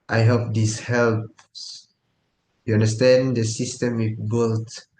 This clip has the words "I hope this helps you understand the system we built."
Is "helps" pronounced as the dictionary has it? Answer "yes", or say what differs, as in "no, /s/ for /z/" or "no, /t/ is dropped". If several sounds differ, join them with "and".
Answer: yes